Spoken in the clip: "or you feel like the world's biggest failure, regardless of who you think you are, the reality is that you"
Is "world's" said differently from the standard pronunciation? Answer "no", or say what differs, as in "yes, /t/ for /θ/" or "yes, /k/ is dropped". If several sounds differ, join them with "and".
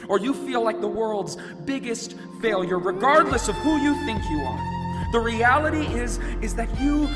no